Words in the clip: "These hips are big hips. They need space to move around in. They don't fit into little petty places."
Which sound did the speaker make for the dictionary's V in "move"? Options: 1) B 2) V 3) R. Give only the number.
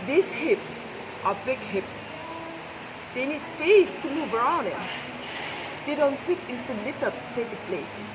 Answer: 1